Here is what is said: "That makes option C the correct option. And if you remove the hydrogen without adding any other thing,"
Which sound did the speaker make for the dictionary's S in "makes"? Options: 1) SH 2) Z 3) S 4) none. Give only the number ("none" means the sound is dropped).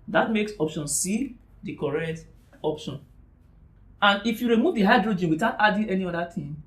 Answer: 3